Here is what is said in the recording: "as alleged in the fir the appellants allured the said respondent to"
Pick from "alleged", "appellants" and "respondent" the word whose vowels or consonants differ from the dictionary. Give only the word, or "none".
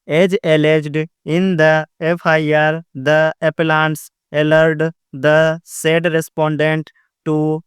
none